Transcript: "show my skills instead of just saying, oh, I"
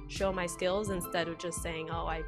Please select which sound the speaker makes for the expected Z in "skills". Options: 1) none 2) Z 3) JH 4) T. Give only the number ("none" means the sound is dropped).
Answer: 2